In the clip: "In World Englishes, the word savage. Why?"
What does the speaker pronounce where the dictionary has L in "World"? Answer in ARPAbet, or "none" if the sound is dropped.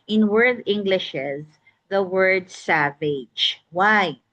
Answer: none